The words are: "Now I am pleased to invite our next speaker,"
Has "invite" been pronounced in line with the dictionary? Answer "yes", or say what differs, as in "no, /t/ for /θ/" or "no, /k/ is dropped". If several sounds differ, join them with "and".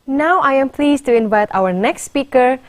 yes